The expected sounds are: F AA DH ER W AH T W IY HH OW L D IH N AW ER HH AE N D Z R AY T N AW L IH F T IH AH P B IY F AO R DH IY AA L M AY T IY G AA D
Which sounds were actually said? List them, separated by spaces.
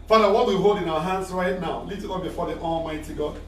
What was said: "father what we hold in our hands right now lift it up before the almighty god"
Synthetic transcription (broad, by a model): F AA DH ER W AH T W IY HH OW L D IH N AW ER HH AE N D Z R AY T N AW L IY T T IH B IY F AO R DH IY AA L M AY T IY G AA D